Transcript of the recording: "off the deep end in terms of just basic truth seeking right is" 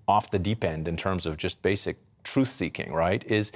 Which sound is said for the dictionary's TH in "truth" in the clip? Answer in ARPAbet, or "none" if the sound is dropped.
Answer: TH